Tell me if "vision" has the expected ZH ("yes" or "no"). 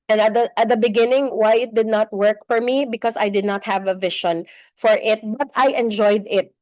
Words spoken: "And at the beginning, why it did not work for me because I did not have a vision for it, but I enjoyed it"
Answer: no